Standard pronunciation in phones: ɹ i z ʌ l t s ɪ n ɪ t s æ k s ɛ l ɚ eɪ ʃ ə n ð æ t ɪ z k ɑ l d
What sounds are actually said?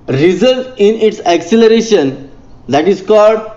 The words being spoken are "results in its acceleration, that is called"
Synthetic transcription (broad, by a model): ɹ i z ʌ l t ɪ n ɪ t s æ k s ɛ l ɚ eɪ ʃ ə n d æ t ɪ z k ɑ l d